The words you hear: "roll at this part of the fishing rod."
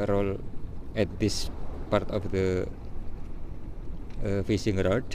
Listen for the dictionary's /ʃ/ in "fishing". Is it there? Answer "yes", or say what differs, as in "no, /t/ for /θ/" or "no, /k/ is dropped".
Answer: no, /s/ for /ʃ/